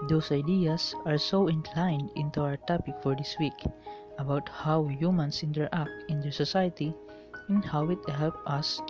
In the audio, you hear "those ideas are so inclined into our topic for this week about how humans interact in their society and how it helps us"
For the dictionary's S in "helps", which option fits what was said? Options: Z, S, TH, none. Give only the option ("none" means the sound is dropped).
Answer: none